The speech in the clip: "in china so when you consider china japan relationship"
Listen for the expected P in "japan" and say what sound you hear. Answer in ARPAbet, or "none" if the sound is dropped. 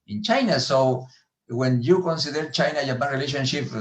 B